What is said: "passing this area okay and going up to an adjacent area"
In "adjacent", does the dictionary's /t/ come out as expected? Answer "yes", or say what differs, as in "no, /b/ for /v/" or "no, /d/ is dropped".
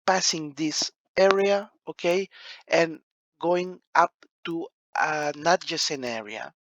no, /t/ is dropped